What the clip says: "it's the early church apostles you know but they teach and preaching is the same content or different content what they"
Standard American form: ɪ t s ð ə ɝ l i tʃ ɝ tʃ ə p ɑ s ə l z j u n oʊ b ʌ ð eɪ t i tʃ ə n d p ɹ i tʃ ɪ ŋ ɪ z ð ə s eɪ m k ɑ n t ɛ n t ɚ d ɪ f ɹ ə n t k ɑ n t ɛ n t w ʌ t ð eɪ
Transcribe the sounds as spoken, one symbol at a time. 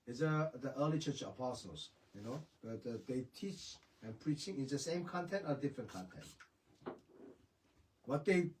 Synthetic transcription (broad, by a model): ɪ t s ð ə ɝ l i tʃ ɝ tʃ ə p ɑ s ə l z j u n oʊ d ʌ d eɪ t i tʃ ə n p ɹ i tʃ ɪ ŋ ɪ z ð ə s eɪ m k ɑ n t ɛ n t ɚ d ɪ f ɹ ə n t k ɑ n t ɛ n t w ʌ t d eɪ